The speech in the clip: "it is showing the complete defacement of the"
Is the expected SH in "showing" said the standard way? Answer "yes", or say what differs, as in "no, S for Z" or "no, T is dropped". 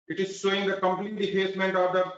no, S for SH